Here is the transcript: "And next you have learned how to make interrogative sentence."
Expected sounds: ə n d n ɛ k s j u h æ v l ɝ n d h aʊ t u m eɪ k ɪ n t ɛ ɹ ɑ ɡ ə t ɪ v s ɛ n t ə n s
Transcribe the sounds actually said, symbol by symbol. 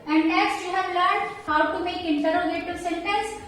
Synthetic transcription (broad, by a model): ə n d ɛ s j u h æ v l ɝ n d h aʊ t u m eɪ k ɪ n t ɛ ɹ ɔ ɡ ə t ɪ s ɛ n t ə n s